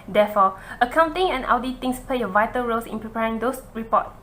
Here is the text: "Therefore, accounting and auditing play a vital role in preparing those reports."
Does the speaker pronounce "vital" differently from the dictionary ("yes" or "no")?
no